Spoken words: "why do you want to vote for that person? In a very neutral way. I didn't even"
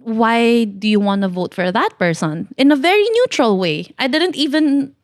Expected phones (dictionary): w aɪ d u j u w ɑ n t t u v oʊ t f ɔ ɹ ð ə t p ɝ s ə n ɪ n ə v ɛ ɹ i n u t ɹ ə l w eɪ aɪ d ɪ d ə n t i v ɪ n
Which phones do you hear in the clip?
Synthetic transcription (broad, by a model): w aɪ d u j u w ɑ n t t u v oʊ t f ɔ ɹ ð ə t p ɝ s ə n ɪ n ə v ɛ ɹ i n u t ɹ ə l w eɪ aɪ d ɪ d ə n t i v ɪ n